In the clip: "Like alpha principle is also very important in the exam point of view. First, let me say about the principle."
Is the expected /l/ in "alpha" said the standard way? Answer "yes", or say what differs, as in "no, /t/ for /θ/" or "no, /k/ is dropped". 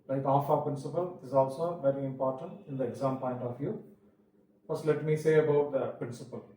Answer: no, /l/ is dropped